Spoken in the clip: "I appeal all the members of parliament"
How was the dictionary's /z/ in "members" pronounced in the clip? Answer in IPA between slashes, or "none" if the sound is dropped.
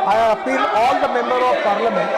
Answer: none